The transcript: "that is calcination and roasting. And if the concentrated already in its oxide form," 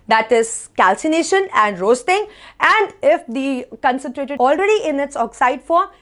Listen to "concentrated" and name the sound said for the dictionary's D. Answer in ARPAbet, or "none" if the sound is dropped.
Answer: none